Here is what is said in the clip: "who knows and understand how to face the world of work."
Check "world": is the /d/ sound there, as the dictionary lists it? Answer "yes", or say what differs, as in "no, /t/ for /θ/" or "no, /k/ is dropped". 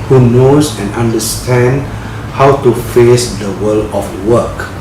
no, /d/ is dropped